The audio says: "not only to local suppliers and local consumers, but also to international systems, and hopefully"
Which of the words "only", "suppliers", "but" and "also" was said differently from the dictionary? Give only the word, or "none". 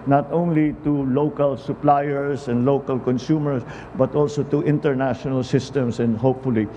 suppliers